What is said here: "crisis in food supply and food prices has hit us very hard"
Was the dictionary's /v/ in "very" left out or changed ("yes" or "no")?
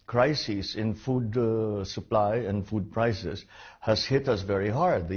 no